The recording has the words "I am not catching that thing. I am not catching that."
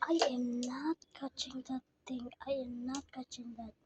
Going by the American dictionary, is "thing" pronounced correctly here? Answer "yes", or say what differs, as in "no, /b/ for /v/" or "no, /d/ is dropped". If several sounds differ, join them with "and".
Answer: no, /t/ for /θ/